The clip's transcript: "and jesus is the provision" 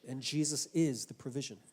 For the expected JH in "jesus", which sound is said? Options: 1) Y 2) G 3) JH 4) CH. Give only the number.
3